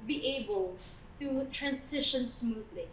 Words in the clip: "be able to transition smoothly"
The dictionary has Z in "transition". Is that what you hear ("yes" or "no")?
no